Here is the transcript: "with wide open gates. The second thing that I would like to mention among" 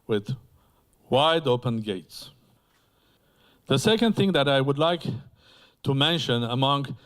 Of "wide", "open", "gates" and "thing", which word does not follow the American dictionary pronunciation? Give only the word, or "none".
none